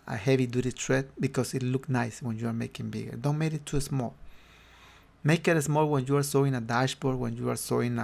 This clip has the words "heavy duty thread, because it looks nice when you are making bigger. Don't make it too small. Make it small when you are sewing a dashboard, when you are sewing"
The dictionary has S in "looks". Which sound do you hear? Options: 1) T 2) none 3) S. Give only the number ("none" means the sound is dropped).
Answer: 2